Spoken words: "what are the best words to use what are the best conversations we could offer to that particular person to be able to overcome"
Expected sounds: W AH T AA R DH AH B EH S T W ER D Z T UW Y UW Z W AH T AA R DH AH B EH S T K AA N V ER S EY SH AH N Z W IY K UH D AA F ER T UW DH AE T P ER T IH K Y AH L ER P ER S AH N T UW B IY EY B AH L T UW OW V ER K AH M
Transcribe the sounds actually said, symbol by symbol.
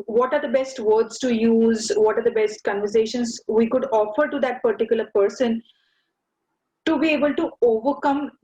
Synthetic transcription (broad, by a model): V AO T AA R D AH B EH S T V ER D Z T UW Y UW Z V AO T AA R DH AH B EH S T K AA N V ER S EY SH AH N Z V IY K UH D AA F ER T UW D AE T P ER T IH K Y AH L ER P ER S AH N T UW B IY EY B AH L T UW OW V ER K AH M